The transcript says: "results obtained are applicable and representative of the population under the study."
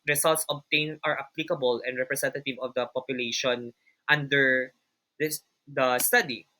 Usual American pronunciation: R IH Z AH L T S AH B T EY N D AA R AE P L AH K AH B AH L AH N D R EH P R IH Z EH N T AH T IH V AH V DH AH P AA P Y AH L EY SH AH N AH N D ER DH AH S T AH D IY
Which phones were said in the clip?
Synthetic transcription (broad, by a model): R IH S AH L T S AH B T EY N AA R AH P L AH K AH B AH L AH N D R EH P R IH S EH N T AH T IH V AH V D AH P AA P Y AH L EY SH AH N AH N D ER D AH S T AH D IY